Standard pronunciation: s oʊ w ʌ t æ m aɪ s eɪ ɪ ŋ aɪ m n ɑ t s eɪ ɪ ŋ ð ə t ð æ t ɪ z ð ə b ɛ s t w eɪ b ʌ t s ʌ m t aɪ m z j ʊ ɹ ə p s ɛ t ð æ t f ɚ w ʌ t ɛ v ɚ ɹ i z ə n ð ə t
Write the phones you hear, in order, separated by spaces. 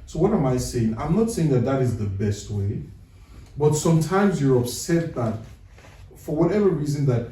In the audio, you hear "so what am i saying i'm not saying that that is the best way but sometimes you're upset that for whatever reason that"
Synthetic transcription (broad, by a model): s oʊ w ʌ t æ m aɪ s eɪ ɪ ŋ aɪ m n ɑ t s eɪ ɪ ŋ ð ə t ð æ t ɪ z ð ə b ɛ s t w eɪ b ʌ t s ʌ m t aɪ m z j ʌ ɹ ə p s ɛ t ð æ t f ɚ w ʌ t ɛ v ɚ ɹ i z ə n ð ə t